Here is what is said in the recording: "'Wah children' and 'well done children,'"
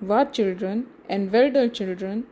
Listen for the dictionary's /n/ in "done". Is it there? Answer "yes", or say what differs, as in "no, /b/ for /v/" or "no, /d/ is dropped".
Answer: no, /l/ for /n/